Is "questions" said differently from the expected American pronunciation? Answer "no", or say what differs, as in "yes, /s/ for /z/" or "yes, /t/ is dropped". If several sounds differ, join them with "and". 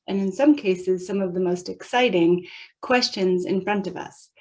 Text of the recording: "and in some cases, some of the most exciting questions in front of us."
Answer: no